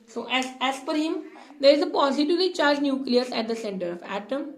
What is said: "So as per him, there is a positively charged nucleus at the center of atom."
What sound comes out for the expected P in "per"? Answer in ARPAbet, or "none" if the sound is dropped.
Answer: F